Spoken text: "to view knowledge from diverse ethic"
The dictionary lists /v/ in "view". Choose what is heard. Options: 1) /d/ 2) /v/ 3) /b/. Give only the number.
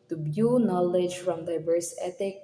3